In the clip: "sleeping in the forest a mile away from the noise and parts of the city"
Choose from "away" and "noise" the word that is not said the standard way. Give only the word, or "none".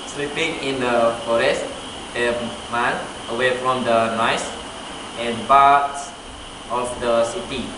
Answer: noise